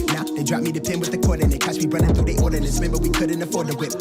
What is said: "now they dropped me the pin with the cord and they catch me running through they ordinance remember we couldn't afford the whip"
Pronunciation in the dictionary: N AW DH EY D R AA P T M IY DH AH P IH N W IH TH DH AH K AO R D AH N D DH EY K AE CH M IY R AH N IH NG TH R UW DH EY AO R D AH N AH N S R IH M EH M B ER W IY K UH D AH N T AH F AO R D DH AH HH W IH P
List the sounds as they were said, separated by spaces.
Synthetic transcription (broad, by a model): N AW DH EY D R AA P M IY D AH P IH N W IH DH AH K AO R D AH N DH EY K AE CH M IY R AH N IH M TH UW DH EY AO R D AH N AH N R IH M EH M B ER W IY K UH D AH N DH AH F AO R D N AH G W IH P